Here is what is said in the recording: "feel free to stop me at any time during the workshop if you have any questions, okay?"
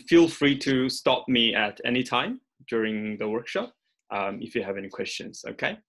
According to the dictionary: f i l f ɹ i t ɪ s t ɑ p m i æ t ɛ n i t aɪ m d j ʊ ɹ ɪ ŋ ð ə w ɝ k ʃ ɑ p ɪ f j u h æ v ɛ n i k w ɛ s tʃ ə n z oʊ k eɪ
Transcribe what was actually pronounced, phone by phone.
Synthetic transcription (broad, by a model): f i l f ɹ i t ɪ s t ɑ p m i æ t ɛ n i t aɪ m d j ʊ ɹ ɪ ŋ ð ə w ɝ k ʃ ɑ p ɪ f j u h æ v ɛ n i k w ɛ s tʃ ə n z oʊ k eɪ